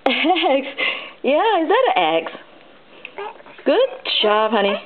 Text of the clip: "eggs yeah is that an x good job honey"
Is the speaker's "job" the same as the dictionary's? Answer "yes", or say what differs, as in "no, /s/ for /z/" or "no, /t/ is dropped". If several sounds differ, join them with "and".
no, /tʃ/ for /dʒ/